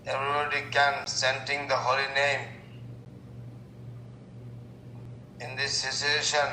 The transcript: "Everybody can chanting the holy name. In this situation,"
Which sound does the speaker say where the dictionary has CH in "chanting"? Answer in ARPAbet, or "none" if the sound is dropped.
S